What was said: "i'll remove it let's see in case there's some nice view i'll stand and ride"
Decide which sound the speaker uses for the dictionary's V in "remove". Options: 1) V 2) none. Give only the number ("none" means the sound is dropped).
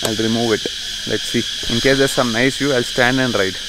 1